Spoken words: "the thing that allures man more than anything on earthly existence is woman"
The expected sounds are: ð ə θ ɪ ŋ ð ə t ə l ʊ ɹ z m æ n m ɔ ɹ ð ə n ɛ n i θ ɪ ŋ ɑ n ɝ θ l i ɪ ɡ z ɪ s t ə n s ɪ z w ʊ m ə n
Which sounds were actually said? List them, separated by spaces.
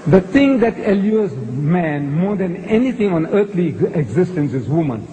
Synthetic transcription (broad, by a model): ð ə t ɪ ŋ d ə t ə l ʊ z m æ n m ɔ ɹ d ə n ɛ n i t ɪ ŋ ɑ n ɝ t l i ɪ ɡ z ɪ s t ə n s ɪ z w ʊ m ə n